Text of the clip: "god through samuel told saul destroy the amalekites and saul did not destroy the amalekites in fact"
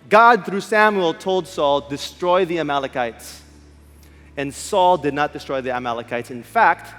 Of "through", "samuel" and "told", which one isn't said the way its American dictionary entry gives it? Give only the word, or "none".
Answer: none